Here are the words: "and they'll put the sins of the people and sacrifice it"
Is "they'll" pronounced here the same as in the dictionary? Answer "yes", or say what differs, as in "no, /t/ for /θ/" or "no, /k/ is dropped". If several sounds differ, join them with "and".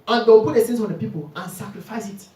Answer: no, /w/ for /l/